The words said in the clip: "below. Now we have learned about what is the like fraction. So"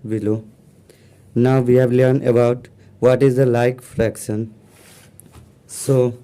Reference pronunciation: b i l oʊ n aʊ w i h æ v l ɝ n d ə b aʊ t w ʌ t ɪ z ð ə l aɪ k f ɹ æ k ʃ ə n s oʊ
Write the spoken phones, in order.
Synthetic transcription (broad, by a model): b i l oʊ n aʊ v i h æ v l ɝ n ə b aʊ t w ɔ t ɪ z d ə l aɪ k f ɹ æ k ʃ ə n s oʊ